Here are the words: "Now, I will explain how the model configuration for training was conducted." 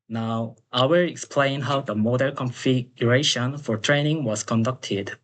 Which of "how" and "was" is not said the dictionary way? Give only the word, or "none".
was